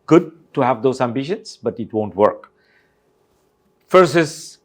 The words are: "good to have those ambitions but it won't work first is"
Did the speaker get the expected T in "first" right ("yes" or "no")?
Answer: no